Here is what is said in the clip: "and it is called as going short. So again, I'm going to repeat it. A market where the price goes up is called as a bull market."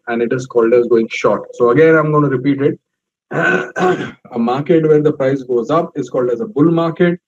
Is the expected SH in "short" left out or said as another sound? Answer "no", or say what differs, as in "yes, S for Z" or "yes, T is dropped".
no